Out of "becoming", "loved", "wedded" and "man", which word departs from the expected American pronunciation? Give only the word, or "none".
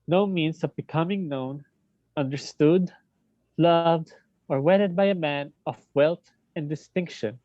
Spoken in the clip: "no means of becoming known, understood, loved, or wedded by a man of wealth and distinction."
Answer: none